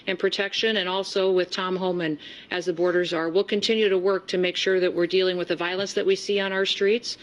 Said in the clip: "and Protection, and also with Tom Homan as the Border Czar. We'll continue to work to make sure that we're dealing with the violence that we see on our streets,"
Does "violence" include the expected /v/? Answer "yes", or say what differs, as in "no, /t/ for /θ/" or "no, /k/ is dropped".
yes